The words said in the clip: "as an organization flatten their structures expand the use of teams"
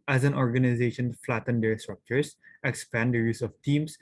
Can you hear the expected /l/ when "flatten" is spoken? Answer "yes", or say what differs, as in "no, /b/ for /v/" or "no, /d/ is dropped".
yes